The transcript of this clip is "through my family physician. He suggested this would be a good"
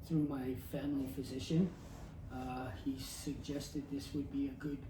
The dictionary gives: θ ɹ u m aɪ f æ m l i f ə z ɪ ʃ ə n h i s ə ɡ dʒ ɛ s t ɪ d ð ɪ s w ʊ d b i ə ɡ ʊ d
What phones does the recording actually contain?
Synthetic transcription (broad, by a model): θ ɹ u m aɪ f æ m l i f ə z ɪ ʃ ə n h i s ə ɡ dʒ ɛ s t ɪ d ð ɪ s w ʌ d b i ə ɡ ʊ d